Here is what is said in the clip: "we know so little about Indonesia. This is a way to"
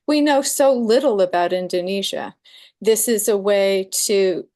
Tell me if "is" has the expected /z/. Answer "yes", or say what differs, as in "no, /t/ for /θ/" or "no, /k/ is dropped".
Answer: yes